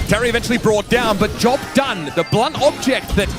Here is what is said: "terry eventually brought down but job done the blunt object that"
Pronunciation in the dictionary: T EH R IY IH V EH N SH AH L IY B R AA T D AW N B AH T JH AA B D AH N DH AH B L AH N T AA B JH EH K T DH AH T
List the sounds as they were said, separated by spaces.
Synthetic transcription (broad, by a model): T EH R IY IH V EH N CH L IY B R AA T D AW N B AH T JH AA B D AH N DH AH B L AH N T AA B JH EH K T DH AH T